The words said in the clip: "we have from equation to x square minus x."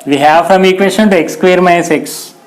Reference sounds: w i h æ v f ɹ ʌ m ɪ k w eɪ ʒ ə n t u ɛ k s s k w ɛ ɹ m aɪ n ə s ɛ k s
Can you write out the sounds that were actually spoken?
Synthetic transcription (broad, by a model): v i h æ v f ɹ ʌ m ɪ k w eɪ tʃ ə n t u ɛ k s s k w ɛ ɹ m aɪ ə s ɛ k s